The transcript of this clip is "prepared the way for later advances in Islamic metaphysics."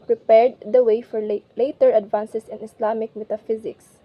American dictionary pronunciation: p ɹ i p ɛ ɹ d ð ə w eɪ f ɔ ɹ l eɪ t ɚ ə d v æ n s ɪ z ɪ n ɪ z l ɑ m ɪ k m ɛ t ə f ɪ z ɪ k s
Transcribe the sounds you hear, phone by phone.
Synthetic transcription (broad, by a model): p ɹ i p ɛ ɹ d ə w eɪ f ɔ ɹ l eɪ t ɚ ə d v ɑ n s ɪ s ɪ n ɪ s l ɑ m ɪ k m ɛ t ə f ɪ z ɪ k s